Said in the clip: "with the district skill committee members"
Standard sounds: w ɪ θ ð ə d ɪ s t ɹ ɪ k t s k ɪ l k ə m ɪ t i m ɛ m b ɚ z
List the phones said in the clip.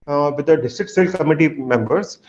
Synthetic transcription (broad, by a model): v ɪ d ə d ɪ s t ɹ ɪ k t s ɪ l k ə m ɪ t i m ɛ m b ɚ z